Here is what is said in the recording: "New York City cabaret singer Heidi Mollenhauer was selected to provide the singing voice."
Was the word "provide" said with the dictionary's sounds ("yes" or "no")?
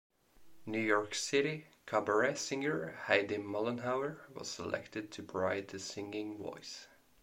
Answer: no